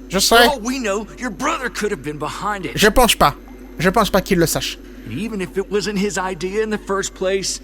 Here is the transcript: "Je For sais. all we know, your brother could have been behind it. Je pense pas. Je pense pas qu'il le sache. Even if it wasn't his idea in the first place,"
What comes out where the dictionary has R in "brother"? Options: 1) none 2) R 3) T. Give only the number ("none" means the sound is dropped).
2